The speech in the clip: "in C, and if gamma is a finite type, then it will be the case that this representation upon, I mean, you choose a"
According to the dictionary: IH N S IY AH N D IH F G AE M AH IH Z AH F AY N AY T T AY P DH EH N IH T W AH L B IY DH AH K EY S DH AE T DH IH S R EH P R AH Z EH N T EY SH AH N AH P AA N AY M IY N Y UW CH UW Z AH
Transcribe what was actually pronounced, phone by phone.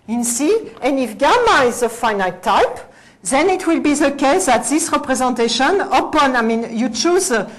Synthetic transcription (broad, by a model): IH N S IY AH N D IH F G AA M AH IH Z AH F AY N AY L T AY P DH EH N IH T W AH L B IY DH AH K EY S DH AE T DH IH S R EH P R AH Z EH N T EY SH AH N AH P AA N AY M IY N Y UW CH UW Z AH